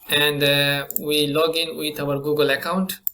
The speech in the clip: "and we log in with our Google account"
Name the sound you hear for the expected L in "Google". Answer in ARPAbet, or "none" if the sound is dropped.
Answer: L